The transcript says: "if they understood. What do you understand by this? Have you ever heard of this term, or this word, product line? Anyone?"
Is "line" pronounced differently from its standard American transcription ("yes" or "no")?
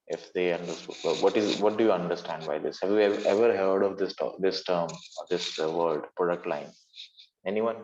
no